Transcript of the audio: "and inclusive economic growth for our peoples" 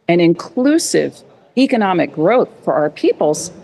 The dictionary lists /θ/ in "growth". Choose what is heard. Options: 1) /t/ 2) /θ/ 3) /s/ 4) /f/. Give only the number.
2